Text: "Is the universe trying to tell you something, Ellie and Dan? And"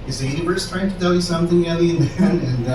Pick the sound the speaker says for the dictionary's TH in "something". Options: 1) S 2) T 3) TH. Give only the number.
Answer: 3